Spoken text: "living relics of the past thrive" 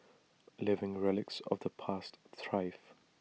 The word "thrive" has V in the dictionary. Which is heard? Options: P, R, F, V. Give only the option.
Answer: F